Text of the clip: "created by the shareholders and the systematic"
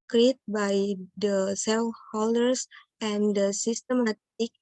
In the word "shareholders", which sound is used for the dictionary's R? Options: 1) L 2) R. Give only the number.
1